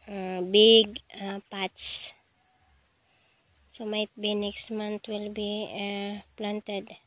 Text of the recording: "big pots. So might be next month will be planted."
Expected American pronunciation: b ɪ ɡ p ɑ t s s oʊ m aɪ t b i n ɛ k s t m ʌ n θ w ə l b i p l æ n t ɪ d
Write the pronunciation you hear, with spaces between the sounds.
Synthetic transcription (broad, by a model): b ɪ ɡ p ɑ t s s oʊ m aɪ t b i n ɛ k s t m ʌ n t w ə l b i p l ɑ n t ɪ d